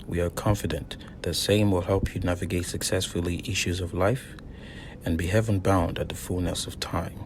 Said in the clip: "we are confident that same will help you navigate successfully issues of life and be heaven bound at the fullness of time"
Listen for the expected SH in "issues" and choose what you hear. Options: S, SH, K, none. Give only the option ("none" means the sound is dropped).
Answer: SH